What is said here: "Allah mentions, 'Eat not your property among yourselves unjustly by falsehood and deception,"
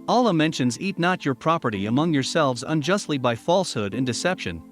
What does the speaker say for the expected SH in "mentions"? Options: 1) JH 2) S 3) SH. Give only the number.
3